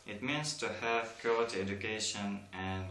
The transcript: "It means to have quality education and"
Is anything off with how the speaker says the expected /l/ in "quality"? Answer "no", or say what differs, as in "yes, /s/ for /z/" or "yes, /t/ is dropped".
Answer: yes, /l/ is dropped